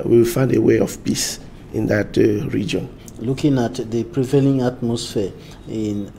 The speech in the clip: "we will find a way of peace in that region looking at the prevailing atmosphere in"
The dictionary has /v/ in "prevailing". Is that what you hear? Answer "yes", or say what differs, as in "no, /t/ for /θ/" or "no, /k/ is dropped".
yes